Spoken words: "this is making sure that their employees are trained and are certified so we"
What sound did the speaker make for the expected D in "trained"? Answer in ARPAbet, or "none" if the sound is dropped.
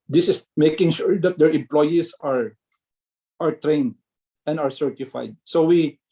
D